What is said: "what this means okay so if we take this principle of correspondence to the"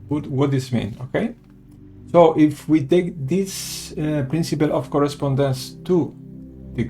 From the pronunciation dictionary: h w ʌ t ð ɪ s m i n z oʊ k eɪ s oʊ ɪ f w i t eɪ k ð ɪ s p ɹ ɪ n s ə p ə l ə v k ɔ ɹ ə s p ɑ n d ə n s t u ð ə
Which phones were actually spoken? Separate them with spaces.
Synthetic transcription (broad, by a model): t w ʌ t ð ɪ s m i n oʊ k eɪ s oʊ ɪ f w i t eɪ k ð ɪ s p ɹ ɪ n s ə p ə l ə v k ɔ ɹ ə s p ɑ n d ə n s t u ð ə